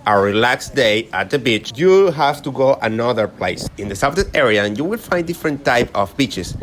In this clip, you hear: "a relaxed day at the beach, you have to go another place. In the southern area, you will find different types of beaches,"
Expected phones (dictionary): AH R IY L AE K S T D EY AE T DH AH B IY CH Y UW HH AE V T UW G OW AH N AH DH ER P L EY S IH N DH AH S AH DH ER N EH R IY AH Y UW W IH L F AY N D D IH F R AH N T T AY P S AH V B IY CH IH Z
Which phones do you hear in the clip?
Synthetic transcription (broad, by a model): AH R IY L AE K S D EY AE T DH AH B IY CH Y UW HH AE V T UW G OW AH N AH DH ER P L EY S IH N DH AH S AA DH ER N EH R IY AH Y UW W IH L F AY N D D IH F R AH N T T AY P AH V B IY CH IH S